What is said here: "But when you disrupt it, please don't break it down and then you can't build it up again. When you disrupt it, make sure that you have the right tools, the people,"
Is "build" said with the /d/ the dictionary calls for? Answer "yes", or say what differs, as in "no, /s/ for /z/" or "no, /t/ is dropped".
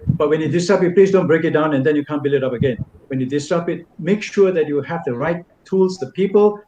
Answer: no, /d/ is dropped